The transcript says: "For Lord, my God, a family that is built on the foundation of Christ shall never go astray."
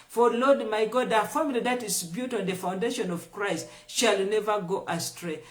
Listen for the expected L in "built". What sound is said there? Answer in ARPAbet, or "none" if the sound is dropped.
none